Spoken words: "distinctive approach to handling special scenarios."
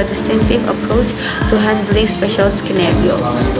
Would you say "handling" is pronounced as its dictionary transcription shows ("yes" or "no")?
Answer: yes